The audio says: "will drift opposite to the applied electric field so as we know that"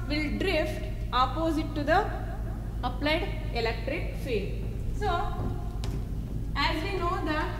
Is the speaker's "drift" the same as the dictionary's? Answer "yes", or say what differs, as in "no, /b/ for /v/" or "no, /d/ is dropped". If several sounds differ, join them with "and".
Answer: yes